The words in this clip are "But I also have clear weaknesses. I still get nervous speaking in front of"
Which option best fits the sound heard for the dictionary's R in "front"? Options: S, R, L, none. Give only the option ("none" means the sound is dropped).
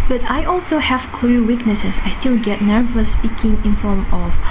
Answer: none